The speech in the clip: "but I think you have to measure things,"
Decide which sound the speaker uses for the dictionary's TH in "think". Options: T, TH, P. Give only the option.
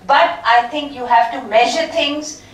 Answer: T